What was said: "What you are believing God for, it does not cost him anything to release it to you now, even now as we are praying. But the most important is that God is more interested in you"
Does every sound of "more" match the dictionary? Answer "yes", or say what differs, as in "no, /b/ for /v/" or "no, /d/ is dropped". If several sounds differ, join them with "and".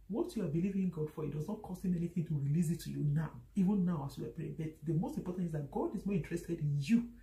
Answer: yes